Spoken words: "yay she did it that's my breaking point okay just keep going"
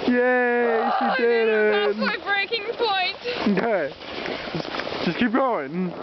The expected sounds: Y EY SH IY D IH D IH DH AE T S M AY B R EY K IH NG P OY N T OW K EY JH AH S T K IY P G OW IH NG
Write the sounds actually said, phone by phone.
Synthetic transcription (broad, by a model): Y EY S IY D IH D IH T B R EY K IH NG P OY N T OW K EY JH AH S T K IY P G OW IH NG